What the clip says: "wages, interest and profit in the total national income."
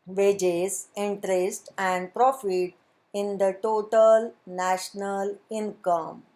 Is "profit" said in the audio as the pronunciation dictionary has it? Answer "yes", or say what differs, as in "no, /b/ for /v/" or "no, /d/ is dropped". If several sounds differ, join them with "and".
yes